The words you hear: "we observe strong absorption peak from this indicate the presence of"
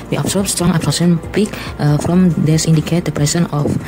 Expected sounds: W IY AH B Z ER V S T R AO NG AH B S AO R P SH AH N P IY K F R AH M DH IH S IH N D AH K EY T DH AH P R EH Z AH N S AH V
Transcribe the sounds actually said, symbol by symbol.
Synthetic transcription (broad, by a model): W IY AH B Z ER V S T R AO NG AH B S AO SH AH N P IY K F R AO M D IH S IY N D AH K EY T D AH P R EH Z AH N AH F